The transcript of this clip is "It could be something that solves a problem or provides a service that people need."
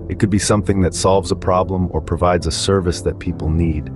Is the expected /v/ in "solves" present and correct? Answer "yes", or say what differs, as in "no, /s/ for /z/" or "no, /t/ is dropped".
yes